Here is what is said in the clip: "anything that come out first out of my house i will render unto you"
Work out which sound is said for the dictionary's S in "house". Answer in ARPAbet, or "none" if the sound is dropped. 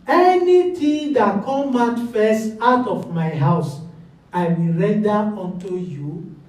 S